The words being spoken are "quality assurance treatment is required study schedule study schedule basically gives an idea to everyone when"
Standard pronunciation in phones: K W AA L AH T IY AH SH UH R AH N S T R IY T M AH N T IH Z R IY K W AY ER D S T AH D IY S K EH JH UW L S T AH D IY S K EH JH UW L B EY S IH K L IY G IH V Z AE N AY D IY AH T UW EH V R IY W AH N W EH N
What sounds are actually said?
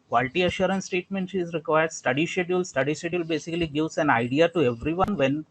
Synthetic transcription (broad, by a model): K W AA L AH T IY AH SH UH R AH N S T EH T M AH N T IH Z R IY K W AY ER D S T AH D IY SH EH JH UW L S T AH D IY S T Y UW L B EY S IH K L IY G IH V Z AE N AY D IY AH T UW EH V R IY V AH N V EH N